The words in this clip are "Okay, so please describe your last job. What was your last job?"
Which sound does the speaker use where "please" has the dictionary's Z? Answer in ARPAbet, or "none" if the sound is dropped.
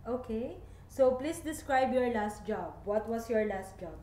S